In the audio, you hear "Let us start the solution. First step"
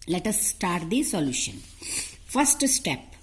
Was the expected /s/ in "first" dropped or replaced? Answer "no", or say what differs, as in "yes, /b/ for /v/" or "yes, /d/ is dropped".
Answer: no